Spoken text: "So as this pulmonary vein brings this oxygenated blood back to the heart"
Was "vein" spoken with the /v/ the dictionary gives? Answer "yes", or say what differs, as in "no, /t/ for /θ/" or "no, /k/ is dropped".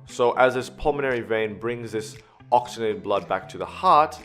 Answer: yes